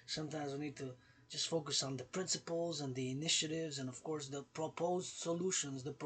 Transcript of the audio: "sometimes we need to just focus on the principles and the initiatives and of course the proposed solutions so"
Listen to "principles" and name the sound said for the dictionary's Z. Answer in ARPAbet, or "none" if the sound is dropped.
Z